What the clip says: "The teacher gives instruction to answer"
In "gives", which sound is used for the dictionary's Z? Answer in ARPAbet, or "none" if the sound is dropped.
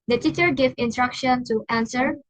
none